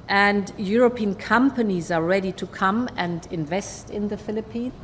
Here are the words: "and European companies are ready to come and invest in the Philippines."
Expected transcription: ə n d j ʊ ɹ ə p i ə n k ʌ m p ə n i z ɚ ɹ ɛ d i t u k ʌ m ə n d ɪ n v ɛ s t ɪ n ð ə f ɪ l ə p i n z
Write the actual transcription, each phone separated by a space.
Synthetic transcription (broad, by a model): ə n d j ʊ ɹ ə p i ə n k ʌ m p ə n i z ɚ ɹ ɛ d i t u k ʌ m ə n d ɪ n v ɛ s t ɪ n ð ə f ɪ l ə p i n